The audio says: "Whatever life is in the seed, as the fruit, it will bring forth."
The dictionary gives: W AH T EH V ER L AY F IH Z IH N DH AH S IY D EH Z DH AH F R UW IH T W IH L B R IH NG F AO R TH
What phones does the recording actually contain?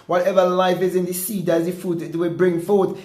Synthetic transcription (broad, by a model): W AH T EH V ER L AY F IH Z IH N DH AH S IY D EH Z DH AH F UW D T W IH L B R IH NG F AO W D